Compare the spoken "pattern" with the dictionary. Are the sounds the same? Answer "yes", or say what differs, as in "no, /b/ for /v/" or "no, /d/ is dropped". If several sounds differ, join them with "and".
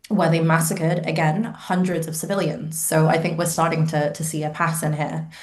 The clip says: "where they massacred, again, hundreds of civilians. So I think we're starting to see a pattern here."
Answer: no, /s/ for /t/